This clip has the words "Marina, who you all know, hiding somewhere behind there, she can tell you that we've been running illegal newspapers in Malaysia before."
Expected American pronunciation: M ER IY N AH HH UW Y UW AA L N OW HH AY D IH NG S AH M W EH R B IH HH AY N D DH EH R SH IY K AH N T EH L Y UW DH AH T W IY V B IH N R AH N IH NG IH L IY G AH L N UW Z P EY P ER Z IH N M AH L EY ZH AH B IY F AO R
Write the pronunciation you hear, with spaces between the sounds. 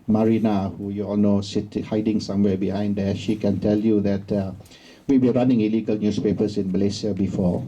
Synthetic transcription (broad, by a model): M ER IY N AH HH UW Y UW AA L N OW HH AY D IH NG S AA M W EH B IH HH AY N D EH SH IY K AH N T EH L Y UW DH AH T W IY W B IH R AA N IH NG IH L IY G AH L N UW S P EY P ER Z IH N M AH L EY S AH B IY F AO